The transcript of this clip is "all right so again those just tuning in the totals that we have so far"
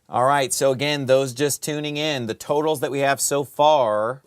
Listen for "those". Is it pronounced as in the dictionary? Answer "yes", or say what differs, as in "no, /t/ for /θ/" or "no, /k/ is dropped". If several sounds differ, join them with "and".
yes